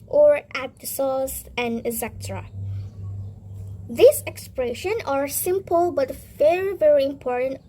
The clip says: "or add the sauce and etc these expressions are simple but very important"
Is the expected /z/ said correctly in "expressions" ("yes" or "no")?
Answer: no